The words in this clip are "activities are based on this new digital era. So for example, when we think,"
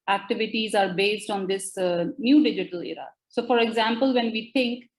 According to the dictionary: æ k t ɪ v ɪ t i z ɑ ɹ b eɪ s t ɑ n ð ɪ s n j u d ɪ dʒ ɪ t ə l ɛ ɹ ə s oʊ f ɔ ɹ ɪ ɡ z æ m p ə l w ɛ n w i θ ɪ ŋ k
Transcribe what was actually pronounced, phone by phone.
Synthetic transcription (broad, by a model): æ k t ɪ v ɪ t i z ɑ ɹ b eɪ s t ɑ n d ɪ s n j u d ɪ dʒ ɪ t ə l ɛ ɹ ə s oʊ f ɔ ɹ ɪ ɡ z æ m p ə l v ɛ n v i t ɪ ŋ k